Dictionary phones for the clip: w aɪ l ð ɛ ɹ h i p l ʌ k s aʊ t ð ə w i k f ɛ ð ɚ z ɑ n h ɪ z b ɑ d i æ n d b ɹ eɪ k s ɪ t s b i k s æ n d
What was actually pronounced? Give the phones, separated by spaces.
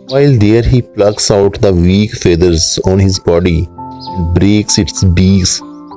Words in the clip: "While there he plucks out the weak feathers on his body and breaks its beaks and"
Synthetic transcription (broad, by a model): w aɪ l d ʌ ɹ h i p l ʌ k s aʊ t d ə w i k f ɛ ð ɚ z ɑ n h ɪ z b ɑ d i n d b ɹ eɪ k s ɪ t s b i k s